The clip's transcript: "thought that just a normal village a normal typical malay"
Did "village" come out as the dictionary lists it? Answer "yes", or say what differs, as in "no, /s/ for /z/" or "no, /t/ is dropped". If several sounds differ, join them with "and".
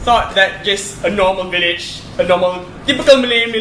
yes